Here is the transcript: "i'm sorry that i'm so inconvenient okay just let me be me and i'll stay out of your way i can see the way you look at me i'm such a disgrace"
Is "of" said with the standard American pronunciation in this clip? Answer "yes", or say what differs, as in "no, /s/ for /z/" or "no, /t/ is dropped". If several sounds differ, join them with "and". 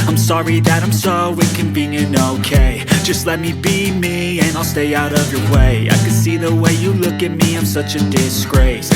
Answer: yes